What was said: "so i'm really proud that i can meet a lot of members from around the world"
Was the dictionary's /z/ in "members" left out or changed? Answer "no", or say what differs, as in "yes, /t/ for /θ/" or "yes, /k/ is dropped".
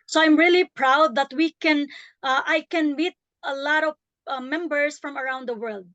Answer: yes, /s/ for /z/